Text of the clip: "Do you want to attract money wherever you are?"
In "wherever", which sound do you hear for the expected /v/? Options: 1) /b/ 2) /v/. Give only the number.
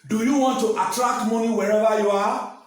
1